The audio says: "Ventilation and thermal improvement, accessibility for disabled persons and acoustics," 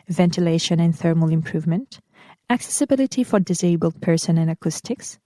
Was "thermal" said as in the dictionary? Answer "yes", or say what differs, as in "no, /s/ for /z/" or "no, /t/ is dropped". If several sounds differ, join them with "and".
yes